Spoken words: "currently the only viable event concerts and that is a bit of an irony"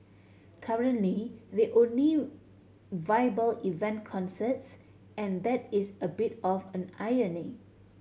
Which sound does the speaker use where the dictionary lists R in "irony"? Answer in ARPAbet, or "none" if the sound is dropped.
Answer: none